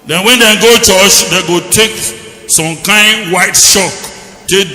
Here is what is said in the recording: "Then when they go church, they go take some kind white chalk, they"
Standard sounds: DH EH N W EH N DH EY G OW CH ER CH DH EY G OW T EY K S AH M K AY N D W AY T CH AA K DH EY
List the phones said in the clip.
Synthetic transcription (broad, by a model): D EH N W EH N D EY G OW CH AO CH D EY G OW T EY K S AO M K AY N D W AY T SH AA K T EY